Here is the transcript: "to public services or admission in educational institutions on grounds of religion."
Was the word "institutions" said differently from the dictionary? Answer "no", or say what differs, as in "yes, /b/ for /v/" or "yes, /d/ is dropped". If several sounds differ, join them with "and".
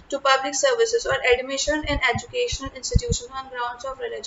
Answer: yes, /z/ is dropped